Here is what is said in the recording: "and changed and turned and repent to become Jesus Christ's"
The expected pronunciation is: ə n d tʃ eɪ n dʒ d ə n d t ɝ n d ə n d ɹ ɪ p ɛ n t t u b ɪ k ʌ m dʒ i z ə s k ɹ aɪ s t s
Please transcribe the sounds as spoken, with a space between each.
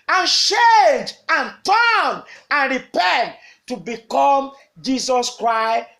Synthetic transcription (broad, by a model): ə n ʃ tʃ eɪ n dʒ ə n t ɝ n ə n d ɹ ɪ p ɛ n t t u b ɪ k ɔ m dʒ i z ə s k ɹ aɪ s s